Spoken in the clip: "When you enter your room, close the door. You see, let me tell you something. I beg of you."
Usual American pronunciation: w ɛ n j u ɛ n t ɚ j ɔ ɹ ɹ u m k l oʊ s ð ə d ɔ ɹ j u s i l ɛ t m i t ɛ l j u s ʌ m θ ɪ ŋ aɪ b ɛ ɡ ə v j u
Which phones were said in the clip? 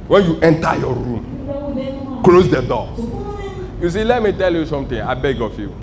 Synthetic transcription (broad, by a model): w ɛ n j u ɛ n t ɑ j ɔ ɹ ɹ u m k l oʊ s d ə d ɔ j u s i l ɛ t m i t ɛ l j u s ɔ m t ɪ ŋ aɪ b ɛ ɡ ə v j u